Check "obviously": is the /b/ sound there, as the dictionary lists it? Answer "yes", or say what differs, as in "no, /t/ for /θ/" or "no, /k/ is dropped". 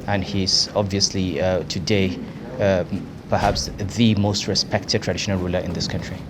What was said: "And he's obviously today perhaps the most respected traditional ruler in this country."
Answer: yes